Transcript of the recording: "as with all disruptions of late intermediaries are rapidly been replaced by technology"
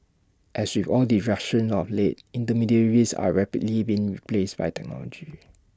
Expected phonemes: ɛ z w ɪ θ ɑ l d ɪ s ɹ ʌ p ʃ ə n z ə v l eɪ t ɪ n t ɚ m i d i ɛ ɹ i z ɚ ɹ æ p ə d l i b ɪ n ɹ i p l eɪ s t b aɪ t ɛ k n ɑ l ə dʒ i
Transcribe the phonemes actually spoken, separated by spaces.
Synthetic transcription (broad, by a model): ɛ s w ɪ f ɑ l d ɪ ɹ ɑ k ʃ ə n s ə f l eɪ t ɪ n t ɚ m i d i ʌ ɹ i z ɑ ɹ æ p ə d l i b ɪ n ɹ i p l eɪ s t b aɪ t ɛ k n ɑ l ə dʒ i